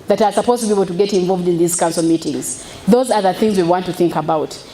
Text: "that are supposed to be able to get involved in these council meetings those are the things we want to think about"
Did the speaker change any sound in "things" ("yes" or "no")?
no